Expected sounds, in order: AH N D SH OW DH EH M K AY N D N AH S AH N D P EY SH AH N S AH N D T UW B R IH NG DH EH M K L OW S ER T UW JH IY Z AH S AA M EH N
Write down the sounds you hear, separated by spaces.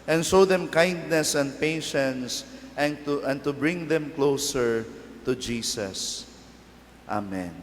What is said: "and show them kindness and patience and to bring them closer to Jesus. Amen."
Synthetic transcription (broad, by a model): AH N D SH OW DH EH M K AY N D N AH S AH N D P EY SH AH N S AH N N T UW B R IH NG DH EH M K L OW S ER T UW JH IY S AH S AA M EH N